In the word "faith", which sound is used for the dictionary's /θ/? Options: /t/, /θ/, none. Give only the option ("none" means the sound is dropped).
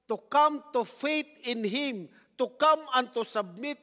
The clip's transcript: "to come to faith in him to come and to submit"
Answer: /t/